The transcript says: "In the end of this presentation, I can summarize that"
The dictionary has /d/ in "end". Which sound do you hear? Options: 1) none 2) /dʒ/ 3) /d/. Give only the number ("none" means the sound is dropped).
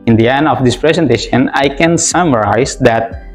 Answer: 1